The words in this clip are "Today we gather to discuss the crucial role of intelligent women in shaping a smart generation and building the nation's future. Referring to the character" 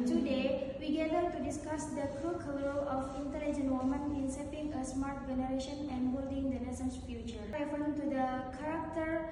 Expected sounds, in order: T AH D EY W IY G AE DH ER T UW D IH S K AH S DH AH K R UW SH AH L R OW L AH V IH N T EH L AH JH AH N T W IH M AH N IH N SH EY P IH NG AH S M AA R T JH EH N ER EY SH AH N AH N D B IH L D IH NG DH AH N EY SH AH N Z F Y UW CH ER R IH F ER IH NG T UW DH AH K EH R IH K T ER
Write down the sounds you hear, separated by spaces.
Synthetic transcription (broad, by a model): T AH D EY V IY G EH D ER T UW D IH S K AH S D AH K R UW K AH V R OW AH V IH N T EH L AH JH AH N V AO M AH N IH N S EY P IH NG AH S M AA R T JH EH N ER EY SH AH N AH N D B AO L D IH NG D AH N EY S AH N S F Y UW CH ER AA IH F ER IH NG T UW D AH K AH R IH K T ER